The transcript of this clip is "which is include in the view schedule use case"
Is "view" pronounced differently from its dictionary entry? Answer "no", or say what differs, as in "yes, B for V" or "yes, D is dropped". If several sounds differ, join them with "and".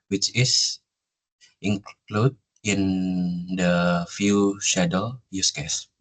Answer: yes, F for V